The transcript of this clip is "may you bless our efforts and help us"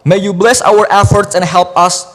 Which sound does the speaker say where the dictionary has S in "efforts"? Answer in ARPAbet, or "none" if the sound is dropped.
S